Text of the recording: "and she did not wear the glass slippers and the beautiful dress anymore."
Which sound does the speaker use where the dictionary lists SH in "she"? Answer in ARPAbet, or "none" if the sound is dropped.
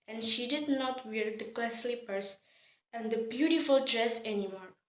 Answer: SH